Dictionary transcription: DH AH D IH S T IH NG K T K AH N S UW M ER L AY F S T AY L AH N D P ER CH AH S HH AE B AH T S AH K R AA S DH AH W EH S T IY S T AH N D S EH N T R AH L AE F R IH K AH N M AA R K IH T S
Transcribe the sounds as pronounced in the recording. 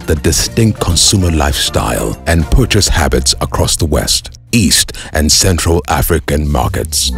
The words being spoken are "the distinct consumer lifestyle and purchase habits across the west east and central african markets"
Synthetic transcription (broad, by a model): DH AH D IH S T IH NG K T K AH N S UW M ER L AY F S T AY L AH N P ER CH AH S HH AE B AH T S AH K R AA S DH AH W EH S T IY S T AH N S EH N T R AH L AE F R IH K AH N M AA R K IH T S